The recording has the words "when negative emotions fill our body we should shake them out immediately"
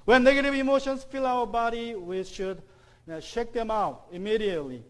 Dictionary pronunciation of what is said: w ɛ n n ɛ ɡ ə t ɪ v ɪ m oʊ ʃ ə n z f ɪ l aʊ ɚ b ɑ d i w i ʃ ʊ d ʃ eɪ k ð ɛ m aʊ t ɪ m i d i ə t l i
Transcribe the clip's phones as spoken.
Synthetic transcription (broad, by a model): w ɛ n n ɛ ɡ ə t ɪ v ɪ m oʊ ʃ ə n s f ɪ l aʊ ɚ b ɑ d i w i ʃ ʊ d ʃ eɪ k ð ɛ m aʊ t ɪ m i d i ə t l i